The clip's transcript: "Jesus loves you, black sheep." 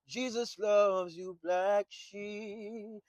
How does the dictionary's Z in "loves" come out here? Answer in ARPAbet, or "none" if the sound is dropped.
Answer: Z